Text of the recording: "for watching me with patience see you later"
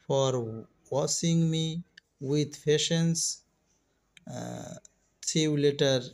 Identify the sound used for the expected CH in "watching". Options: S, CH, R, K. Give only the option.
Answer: S